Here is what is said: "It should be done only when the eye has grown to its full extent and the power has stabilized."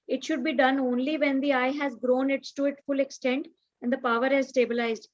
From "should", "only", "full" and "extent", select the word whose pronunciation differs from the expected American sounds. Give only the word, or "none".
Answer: none